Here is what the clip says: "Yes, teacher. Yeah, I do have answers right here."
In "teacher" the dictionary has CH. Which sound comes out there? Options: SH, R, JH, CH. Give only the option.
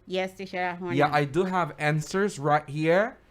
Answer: SH